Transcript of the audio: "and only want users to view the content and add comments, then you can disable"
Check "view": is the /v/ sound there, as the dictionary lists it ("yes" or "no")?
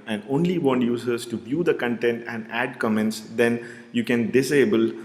no